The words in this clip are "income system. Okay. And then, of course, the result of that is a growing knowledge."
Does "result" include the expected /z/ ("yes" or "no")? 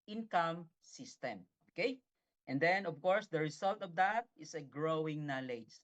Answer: no